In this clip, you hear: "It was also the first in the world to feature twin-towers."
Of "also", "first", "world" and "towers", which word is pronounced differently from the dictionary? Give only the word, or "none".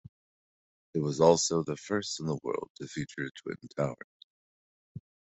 towers